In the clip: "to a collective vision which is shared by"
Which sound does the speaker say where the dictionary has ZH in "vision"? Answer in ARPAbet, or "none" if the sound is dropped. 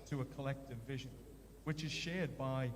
ZH